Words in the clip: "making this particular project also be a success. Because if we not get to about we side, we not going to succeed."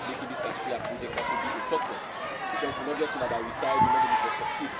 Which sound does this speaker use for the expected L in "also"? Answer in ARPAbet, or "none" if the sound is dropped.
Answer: none